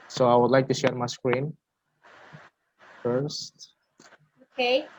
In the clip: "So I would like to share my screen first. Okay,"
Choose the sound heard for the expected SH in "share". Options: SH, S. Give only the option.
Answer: SH